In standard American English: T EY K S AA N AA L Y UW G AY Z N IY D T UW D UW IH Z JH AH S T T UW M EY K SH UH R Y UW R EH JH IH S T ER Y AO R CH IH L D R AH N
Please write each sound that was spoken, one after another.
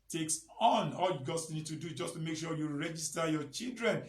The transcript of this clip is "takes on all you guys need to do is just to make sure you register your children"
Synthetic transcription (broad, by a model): T EY K S AA N AA L Y UW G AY S N IY D T UW D UW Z JH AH S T T UW M EY K SH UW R Y UW R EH JH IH S T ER Y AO CH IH L D R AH N